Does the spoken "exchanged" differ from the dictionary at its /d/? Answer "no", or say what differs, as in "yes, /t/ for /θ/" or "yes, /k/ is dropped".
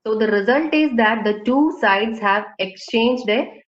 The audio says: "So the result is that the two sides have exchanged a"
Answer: no